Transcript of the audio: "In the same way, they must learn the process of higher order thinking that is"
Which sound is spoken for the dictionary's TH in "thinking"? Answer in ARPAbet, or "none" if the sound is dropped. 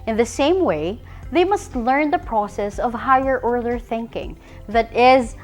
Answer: TH